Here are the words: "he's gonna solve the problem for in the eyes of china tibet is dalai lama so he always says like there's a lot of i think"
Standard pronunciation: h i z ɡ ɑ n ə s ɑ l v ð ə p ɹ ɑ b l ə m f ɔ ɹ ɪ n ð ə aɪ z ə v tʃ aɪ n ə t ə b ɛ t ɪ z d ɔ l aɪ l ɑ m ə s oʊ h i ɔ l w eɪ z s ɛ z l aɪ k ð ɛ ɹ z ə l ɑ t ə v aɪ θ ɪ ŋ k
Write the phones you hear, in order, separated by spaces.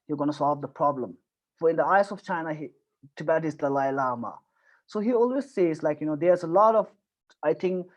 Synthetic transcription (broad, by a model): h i ɡ ɑ n ə s ɑ l v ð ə p ɹ ɑ b l ə m f ɔ ɹ ɪ n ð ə aɪ s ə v tʃ aɪ n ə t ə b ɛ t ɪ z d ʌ l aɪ l ɑ m ə s oʊ h i ɔ l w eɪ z s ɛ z l aɪ k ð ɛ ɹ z ə l ɑ t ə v aɪ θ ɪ ŋ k